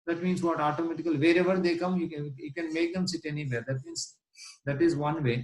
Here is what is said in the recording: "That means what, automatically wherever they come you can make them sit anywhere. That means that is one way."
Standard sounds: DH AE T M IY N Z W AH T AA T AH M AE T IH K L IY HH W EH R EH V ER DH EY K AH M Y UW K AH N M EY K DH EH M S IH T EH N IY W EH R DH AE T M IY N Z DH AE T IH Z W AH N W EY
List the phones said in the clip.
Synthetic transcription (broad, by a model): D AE T M IY N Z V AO T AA T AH M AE T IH K IY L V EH R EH V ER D EY K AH M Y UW K AH N M EY K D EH M S IH T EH N IY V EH R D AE T M IY N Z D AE T IH Z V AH N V EY